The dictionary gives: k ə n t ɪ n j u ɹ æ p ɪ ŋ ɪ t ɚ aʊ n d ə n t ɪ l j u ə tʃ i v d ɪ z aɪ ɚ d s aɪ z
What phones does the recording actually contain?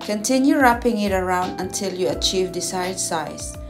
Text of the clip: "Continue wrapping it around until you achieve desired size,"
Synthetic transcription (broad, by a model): k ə n t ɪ n j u ɹ æ p ɪ ŋ ɪ t ɚ aʊ n d ə n t ɪ l j u ə tʃ i v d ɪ s aɪ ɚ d s aɪ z